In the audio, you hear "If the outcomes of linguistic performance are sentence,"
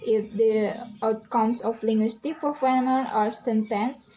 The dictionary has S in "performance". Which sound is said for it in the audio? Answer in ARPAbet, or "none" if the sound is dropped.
none